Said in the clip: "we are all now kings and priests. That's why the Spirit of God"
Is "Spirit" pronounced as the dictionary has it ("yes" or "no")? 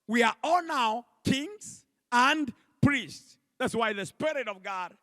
yes